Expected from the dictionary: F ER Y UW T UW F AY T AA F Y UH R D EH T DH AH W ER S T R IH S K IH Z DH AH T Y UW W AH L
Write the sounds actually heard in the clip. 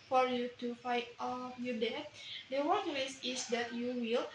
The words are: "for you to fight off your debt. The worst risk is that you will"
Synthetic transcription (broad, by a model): F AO Y UW T UW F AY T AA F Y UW D EH T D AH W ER T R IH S IH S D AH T Y UW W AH L